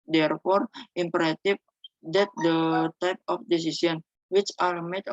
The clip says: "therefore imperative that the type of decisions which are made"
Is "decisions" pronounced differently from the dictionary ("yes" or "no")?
yes